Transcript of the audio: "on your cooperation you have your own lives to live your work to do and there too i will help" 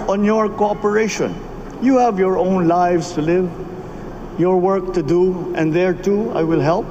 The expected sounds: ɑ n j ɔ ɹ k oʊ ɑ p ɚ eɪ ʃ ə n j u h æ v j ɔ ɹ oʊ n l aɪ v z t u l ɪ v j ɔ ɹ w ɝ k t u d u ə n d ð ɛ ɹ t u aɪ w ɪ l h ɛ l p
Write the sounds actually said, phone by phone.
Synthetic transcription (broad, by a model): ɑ n j ɔ ɹ k oʊ ɑ p ɚ eɪ ʃ ə n j u h æ v j ɔ ɹ oʊ n l aɪ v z t u l ɪ v j ɔ ɹ w ɝ k t u d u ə n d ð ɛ ɹ t u aɪ w ɪ l h ɛ l p